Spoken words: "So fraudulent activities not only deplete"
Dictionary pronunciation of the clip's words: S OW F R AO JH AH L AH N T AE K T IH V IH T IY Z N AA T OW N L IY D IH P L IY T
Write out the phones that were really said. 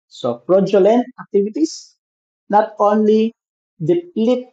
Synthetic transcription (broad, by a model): S OW P R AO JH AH L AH N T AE K T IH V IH T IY S N AA T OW N L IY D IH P L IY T